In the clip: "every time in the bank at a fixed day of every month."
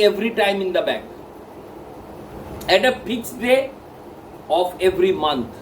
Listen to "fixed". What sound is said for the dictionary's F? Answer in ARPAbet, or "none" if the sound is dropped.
P